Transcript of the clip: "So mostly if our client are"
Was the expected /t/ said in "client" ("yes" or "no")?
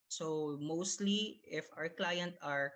yes